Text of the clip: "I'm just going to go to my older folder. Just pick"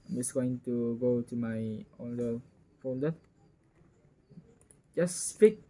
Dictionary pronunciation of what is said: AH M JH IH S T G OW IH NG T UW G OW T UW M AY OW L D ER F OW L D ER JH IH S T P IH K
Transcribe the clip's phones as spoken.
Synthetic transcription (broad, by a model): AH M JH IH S G OW IH NG T UW G OW T UW M AY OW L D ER F OW N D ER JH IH S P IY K